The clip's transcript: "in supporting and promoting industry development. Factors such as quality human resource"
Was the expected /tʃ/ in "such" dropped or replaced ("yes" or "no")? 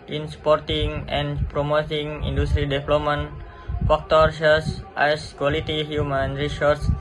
yes